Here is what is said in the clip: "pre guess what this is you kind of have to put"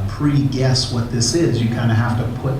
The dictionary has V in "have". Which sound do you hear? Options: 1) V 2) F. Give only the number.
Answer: 2